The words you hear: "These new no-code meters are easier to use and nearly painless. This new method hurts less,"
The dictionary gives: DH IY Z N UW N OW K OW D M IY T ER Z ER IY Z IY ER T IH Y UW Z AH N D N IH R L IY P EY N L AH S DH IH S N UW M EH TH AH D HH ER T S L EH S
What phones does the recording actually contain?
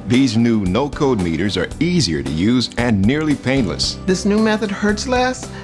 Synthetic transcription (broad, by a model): DH IY Z N UW N OW K OW D M IY T ER Z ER IY Z IY ER T IH Y UW Z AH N N IH R L IY P EY N L AH S DH IH S N UW M EH TH AH D HH ER T S L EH S